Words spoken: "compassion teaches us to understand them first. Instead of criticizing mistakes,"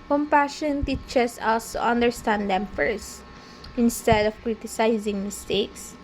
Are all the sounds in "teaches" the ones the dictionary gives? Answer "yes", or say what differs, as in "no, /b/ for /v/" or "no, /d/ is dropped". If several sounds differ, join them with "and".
no, /s/ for /z/